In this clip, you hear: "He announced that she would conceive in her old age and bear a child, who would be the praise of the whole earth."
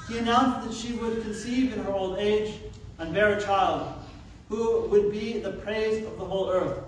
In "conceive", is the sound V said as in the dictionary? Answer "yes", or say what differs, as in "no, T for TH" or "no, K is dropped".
yes